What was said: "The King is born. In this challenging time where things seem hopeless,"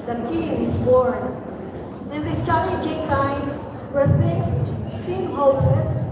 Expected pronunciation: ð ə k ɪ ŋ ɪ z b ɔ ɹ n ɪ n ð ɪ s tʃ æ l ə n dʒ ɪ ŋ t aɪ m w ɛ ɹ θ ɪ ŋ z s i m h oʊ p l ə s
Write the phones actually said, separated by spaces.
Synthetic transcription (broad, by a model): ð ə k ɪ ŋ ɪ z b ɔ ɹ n ɪ n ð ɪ s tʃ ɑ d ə dʒ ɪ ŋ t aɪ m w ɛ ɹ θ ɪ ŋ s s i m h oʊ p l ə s